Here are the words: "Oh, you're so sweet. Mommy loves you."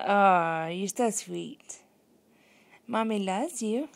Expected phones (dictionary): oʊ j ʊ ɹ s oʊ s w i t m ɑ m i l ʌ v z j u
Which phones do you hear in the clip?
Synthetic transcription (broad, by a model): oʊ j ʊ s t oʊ s w i t m ɑ m i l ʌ z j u